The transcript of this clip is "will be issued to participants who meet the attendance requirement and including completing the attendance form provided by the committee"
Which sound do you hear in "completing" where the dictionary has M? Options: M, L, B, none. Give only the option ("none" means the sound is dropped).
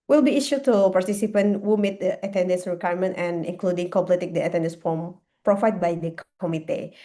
none